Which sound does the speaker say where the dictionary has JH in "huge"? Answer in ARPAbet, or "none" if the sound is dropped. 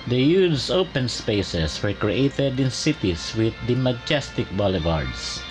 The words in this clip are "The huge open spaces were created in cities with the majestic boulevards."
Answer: Z